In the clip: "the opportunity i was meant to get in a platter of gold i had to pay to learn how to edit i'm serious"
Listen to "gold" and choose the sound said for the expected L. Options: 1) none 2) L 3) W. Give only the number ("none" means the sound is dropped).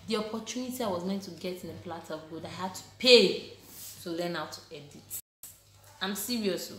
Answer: 1